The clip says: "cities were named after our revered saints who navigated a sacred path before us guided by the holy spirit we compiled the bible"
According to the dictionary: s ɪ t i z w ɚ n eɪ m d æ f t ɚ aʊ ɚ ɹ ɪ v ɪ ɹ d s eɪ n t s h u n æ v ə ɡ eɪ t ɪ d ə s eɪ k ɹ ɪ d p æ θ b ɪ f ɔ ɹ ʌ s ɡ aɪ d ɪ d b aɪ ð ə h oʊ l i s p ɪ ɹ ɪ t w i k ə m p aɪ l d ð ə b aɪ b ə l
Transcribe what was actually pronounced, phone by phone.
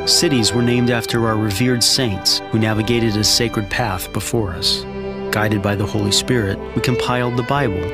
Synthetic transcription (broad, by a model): s ɪ t i z w ɚ n eɪ m d æ f t ɚ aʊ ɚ ɹ ɪ v ɪ ɹ d s eɪ n t s h u n æ v ə ɡ eɪ t ɪ d ə s eɪ k ɹ ɪ d p æ θ b ɪ f ɔ ɹ ʌ s ɡ aɪ d ɪ d b aɪ ð ə h oʊ l i s p ɪ ɹ ɪ t w i k ə m p aɪ l d ð ə b aɪ b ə l